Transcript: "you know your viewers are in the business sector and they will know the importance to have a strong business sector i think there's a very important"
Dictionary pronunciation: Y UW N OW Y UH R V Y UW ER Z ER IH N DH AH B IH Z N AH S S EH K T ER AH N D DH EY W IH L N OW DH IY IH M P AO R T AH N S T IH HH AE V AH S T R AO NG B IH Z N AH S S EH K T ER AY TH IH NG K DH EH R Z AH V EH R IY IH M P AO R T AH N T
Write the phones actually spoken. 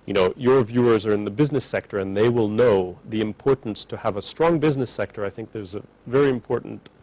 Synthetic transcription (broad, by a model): Y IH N OW Y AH R V Y UW ER Z ER IH N DH AH B IH Z N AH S S EH K T ER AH N DH EY W IH L N OW DH IY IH M P AO R T N S T IH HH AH V AH S T R AO NG B IH Z N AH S S EH K T ER AY TH IH NG K DH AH R Z AH V EH R IY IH M P AO R T N T